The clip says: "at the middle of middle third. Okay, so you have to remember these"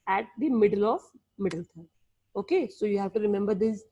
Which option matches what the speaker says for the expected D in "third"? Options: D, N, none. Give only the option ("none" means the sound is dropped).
none